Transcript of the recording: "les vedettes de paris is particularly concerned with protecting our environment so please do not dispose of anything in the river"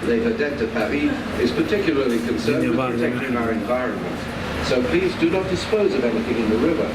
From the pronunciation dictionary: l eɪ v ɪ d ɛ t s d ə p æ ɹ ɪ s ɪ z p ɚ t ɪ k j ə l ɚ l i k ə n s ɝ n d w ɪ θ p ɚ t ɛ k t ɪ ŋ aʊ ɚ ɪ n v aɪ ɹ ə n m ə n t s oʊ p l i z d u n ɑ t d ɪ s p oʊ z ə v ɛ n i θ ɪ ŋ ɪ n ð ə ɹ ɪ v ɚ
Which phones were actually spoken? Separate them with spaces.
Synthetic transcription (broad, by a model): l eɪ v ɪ d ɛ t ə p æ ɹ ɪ ɪ z p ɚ t ɪ k j l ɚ l i k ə n s ɝ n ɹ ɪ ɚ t ɛ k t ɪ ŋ aʊ ɚ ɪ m v aɪ ɹ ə n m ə n t s oʊ p l i z d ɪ n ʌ t d ɪ s p oʊ z ə v ɛ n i θ ɪ ŋ ɪ n ð ə ɹ ɪ v ɚ